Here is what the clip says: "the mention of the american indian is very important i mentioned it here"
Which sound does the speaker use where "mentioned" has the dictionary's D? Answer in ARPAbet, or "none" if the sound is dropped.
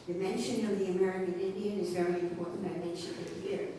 none